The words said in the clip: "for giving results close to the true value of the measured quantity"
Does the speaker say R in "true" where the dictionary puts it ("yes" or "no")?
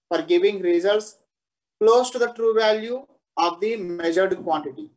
yes